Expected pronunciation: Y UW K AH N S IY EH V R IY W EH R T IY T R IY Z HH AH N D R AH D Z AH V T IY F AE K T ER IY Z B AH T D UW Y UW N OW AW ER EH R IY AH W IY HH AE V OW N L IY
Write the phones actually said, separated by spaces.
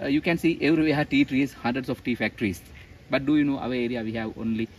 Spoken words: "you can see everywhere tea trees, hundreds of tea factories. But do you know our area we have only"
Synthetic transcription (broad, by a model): Y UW K AH N S IY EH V R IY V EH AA T IY T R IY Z HH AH N D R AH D S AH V T IY F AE K T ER IY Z B AH T D UW Y UW N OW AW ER EH R IY AH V IY HH AE V OW N L IY